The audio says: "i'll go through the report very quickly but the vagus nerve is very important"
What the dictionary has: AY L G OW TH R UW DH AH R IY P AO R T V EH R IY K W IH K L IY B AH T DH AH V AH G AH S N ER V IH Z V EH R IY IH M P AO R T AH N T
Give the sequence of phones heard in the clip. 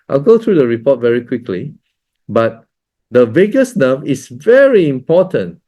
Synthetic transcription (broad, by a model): AY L G OW T R UW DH AH R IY P AO T V EH R IY K W IH K L IY B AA T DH AH V AH G AH S N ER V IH S V EH R IY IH M P AO T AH N T